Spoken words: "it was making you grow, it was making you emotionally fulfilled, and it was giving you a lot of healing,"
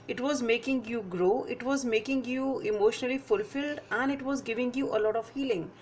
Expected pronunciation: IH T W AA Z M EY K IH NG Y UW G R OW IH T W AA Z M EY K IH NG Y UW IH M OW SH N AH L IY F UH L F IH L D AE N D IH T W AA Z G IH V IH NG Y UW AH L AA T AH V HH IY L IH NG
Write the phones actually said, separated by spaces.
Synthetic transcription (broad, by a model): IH T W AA Z M EY K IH NG Y UW G R OW IH T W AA Z M EY K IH NG Y UW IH M OW SH N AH L IY F UH L F IH L D AE N D IH T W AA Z G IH V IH NG Y UW AH L AA T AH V HH IY L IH NG